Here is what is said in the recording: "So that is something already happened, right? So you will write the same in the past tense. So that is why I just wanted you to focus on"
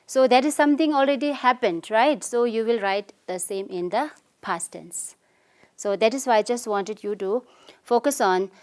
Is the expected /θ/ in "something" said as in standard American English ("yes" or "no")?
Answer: no